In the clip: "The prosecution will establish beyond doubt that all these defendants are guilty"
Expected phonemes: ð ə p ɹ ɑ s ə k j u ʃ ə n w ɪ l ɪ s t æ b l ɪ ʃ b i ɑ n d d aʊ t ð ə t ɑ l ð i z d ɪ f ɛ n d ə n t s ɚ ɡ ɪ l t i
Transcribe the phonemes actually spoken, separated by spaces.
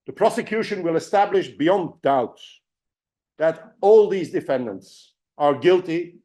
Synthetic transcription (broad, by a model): ð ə p ɹ ɑ s ə k j u ʃ ə n w ɪ l ɪ s t æ b l ɪ ʃ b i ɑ n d d aʊ t ð ə t ɑ l ð i z d ɪ f ɛ n d ə n t s ɚ ɡ ɪ l t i